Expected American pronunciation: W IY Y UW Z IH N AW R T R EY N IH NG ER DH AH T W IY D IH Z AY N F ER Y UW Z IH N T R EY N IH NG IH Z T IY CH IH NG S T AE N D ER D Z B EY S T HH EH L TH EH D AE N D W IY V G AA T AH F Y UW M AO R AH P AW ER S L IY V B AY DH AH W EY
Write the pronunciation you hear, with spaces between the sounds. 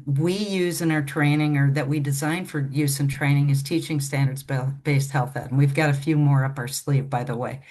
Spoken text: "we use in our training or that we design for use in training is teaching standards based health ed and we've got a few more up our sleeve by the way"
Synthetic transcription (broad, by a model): W IY Y UW Z IH N AW R T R EY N IH NG ER DH AH T W IY D IH Z AY N F ER Y UW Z IH N T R EY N IH NG IH Z T IY CH IH NG S T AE N D ER D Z B EY S T HH EH L TH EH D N W IY V G AA T AH F Y UW M AO R AH P AW ER S L IY V B AY DH AH W EY